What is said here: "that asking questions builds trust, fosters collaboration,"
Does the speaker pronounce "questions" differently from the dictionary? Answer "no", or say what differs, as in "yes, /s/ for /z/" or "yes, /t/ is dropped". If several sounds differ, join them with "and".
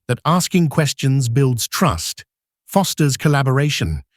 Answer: no